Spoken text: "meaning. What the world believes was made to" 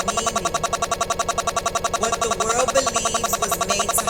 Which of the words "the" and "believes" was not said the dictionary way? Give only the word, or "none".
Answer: none